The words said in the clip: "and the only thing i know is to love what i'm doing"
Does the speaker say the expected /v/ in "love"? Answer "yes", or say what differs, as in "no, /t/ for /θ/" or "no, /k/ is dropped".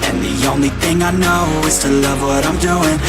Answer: yes